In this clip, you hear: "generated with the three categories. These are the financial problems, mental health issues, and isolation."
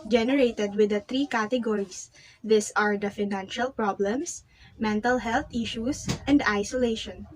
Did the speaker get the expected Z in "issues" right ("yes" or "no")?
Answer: no